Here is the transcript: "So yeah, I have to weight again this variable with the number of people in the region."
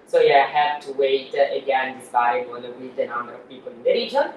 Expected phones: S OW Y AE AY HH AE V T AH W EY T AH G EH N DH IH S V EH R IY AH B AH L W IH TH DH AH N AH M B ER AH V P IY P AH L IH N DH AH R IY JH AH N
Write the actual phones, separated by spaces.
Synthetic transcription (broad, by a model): S OW Y AE AY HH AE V T AH W EY T AH G EH N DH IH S B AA IY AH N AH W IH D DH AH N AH M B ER AH V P IY P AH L IH N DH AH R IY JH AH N